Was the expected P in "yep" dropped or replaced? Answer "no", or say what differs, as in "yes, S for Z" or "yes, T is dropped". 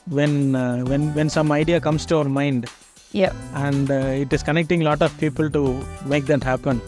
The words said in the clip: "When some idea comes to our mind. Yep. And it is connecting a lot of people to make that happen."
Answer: yes, P is dropped